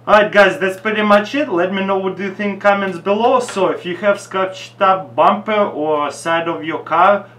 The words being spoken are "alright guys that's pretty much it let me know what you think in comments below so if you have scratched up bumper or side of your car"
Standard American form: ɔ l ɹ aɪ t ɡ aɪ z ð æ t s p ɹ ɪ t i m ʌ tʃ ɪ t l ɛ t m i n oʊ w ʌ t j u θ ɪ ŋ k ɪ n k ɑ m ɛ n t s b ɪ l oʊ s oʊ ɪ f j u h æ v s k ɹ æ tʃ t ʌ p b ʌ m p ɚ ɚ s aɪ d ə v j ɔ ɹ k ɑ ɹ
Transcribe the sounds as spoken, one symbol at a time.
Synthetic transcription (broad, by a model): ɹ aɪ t ɡ aɪ z ð æ t s p ɹ ɪ t i m ʌ tʃ ɪ t l ɛ t m i n oʊ w ʌ t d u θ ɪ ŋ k k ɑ m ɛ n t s b ɪ l oʊ s oʊ ɪ f j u h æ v s k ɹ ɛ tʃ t ʌ p b ʌ m p ɚ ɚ s aɪ d ə v j ɔ ɹ k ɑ ɹ